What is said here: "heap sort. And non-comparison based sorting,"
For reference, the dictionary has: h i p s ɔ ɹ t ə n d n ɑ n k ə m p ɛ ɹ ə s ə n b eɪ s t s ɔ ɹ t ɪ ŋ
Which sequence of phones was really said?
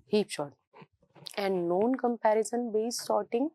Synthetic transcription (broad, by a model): h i p ʃ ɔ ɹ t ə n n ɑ n k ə m p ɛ ɹ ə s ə n b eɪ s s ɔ ɹ t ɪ ŋ